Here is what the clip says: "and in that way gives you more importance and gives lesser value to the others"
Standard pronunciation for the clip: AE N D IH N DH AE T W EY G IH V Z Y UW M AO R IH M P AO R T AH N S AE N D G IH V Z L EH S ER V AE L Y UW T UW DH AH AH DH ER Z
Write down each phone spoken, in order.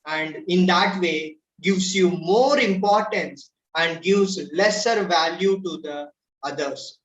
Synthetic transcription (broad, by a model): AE N D IH N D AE T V EY G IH V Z Y UW M AO R IH M P AO R T AH N S AE N D G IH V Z L EH S ER V AE L Y UW T UW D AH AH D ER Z